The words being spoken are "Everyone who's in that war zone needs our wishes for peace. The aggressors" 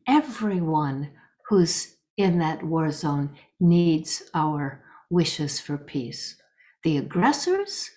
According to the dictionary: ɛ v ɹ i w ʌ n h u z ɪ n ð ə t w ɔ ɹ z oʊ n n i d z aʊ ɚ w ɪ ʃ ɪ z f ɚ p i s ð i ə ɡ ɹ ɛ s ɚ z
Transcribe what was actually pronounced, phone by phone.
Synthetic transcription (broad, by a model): ɛ v ɹ i w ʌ n h u z ɪ n ð ə t w ɔ ɹ z oʊ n n i d z aʊ ɚ w ɪ ʃ ɪ z f ɚ p i s ð i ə ɡ ɹ ɛ s ɚ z